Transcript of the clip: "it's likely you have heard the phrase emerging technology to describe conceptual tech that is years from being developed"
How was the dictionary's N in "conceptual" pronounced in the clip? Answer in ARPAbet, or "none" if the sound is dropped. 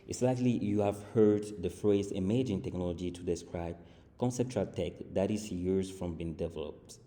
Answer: N